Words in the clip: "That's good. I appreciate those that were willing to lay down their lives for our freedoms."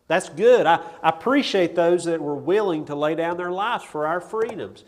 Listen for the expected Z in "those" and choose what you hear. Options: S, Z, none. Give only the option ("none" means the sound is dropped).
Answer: Z